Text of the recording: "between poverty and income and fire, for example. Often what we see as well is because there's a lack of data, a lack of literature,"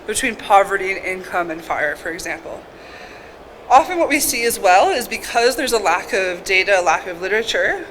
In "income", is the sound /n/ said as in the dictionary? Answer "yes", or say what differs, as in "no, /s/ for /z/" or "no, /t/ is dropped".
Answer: yes